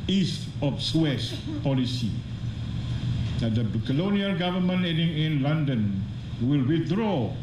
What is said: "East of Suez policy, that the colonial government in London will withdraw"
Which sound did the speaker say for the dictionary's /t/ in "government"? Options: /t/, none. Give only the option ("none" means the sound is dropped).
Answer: none